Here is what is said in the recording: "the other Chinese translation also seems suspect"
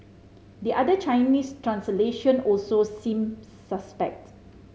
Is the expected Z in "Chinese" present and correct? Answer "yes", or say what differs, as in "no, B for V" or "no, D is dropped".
no, S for Z